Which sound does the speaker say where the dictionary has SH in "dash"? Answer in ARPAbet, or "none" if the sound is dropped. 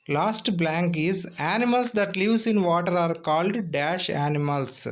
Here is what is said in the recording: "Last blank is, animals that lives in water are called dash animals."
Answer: SH